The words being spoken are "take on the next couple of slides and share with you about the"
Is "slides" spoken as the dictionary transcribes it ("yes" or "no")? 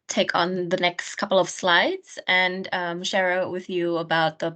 yes